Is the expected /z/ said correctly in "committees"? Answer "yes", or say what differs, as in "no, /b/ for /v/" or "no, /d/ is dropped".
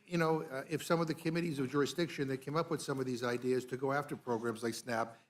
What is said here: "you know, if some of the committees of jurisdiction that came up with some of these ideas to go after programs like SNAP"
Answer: yes